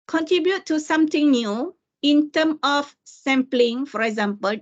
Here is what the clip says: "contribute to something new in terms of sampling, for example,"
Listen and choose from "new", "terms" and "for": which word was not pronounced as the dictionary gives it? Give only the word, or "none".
terms